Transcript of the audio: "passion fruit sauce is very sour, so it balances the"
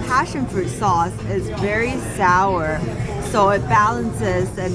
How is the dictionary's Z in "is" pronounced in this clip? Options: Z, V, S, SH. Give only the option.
Z